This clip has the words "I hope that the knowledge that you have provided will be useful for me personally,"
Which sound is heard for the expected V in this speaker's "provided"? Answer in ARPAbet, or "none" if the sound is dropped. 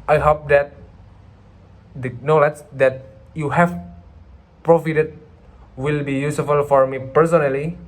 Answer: F